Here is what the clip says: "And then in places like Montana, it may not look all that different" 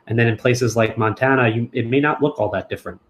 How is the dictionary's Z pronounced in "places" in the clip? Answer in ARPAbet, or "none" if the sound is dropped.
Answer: Z